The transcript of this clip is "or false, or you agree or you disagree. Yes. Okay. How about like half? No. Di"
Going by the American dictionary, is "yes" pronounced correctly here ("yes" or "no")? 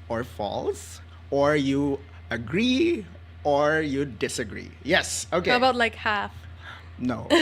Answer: yes